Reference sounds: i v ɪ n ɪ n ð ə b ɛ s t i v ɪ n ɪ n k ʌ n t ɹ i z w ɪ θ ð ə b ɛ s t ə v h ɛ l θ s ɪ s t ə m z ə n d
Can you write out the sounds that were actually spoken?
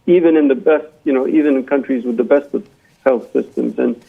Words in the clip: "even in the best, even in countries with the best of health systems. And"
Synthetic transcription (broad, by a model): i v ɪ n ɪ n ð ə b ɛ s t i v ɪ n ɪ n k ʌ n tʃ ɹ i z w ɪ ð ə b ɛ s t ə v h ɛ l θ s ɪ s t ə m z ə n